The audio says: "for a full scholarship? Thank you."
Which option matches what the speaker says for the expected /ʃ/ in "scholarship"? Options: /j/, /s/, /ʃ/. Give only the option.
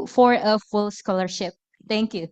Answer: /ʃ/